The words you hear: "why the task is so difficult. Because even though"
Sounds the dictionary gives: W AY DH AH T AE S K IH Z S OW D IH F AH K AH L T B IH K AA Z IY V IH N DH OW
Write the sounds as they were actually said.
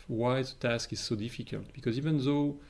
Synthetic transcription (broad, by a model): W AY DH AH T AE S K IH Z S OW D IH F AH K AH L T B IH K AA Z IY V IH N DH OW